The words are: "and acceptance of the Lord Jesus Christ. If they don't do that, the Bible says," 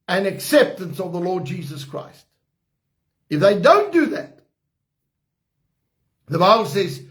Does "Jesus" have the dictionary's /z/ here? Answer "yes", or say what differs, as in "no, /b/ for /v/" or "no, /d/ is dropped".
yes